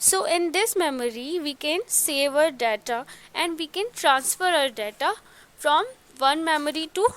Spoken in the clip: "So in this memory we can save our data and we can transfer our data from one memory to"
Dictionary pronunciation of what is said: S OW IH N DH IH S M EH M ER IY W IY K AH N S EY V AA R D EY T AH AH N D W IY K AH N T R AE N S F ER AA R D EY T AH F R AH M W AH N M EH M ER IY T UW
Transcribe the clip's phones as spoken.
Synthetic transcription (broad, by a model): S OW IH N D IH S M EH M ER IY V IY K AH N S EY V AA R D EY T AH AH N D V IY K AH N T R AE N S F ER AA R D EY T AH F R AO M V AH N M EH M ER IY T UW